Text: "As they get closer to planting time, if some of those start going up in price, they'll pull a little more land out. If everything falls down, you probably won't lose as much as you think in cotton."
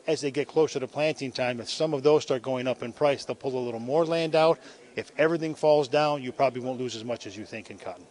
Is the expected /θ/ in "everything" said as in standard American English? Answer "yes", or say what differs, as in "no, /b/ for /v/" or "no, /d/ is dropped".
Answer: yes